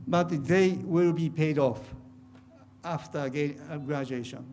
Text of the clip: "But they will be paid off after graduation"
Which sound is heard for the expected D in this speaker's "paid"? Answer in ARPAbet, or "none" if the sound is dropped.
D